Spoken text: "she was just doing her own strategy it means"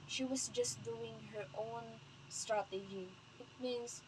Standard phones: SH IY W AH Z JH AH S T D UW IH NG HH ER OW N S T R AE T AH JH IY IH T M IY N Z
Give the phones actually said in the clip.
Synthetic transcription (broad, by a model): SH IY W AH S JH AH S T D UW IH NG HH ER OW N S T R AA T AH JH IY IH T M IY N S